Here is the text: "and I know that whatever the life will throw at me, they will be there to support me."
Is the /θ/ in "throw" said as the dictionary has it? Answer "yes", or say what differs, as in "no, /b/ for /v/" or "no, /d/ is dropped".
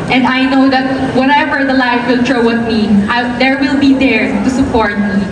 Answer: no, /t/ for /θ/